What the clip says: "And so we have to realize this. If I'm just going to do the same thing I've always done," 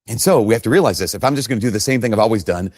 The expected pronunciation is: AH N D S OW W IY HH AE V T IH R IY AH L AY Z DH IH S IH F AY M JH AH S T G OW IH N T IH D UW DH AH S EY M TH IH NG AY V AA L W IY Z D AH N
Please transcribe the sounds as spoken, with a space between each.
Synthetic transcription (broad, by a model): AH N S OW W IY HH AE F T IH R IY AH L AY Z DH IH S IH F AY M JH AH S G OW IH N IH D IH DH AH S EY M TH IH NG AY V AA L W IY Z D AH N